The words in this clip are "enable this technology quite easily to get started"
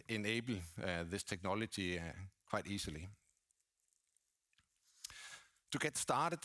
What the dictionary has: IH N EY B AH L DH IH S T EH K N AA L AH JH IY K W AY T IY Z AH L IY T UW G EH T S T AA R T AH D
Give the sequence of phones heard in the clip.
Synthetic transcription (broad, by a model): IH N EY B L DH IH S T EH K N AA L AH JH IY K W AY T IY S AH L IY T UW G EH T S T AA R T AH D